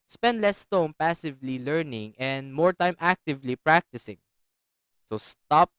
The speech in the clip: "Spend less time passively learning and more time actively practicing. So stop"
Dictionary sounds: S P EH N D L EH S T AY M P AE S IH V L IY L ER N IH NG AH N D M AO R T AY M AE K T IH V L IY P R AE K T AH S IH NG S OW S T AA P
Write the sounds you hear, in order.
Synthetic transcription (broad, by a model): S P EH N D L EH S T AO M P AE S IH V L IY L ER N IH NG AH N D M AO R T AY M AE K T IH V L IY P R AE K T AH S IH NG S OW S T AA P